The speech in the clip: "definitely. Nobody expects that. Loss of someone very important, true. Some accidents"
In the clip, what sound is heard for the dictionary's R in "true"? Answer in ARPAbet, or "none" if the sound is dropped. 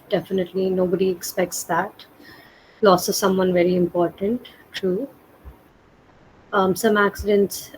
none